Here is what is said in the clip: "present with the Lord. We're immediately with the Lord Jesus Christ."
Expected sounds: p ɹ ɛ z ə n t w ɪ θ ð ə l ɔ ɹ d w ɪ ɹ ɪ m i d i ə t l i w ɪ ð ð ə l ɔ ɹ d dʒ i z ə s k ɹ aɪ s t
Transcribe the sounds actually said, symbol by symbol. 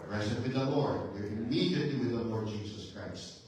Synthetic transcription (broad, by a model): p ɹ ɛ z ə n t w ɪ ð ə l ɔ ɹ d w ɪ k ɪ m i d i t i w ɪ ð ð ə l ɔ ɹ d dʒ i z ə s k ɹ aɪ s t